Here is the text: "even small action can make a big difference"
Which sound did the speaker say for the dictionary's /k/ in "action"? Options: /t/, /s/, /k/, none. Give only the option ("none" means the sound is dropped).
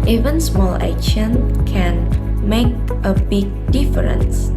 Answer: none